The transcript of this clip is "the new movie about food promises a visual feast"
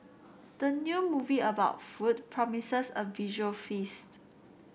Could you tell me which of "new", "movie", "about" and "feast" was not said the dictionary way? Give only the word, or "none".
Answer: none